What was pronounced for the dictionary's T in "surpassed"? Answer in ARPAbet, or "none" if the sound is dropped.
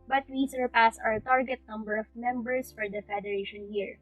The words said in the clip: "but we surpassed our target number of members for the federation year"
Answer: none